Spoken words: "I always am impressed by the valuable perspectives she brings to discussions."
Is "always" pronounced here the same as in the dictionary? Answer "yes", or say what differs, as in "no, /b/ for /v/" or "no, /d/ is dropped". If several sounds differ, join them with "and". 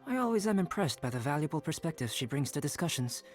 yes